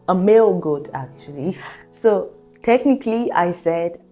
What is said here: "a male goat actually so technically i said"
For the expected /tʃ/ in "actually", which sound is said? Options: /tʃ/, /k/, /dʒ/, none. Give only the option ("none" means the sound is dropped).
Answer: /tʃ/